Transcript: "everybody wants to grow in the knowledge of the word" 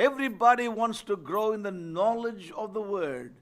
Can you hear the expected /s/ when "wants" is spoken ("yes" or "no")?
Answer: yes